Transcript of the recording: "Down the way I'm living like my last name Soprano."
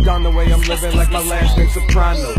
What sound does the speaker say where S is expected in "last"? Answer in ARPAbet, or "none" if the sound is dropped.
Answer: none